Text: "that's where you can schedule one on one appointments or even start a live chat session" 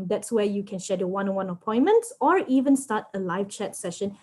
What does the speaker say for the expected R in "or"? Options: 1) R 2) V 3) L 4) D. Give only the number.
1